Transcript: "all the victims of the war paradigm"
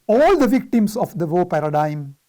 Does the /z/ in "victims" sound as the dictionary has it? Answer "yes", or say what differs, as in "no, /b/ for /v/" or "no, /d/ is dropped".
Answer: no, /s/ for /z/